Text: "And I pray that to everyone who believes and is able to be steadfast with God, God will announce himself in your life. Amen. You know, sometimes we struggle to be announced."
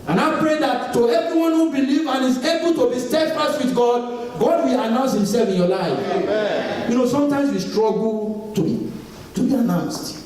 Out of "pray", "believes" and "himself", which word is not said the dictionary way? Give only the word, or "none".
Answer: believes